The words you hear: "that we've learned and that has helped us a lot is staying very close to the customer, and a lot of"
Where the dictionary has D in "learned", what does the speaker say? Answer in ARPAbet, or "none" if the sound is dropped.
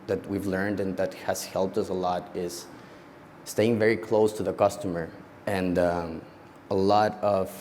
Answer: D